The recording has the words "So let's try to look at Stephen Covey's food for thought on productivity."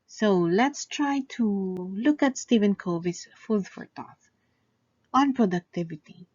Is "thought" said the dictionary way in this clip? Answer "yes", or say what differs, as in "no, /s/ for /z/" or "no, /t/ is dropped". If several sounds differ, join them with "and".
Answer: no, /t/ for /θ/